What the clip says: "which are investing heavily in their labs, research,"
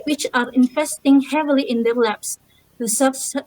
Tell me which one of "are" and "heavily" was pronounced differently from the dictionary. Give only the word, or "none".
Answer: none